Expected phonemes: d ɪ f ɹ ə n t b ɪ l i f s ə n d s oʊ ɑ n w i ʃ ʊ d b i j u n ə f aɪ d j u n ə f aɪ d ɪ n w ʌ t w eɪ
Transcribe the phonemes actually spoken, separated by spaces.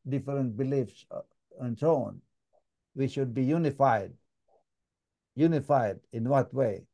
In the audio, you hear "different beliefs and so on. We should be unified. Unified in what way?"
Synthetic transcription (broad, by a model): d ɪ f ɹ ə n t b ɪ l i f s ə n s oʊ ɑ n w i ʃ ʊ d b i j u n ə f aɪ d j u n ə f aɪ d ɪ n w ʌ t w eɪ